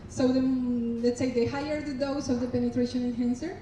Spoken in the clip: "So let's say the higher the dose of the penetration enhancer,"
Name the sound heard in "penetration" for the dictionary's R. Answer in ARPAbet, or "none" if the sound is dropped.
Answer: R